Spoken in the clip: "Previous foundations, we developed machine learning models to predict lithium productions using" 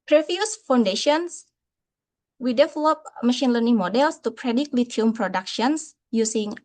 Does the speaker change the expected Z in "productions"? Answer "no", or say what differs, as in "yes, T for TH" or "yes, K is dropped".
yes, S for Z